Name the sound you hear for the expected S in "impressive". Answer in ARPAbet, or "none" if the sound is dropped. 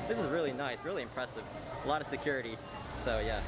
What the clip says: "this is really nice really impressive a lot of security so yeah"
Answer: S